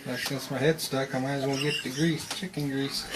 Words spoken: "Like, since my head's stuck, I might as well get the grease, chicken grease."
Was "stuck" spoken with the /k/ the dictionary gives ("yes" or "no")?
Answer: yes